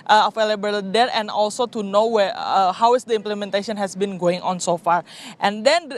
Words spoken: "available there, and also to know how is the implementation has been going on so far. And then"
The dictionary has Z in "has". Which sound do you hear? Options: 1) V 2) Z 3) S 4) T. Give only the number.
3